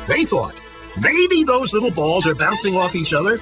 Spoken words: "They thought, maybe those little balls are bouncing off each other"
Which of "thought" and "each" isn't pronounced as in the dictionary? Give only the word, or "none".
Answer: none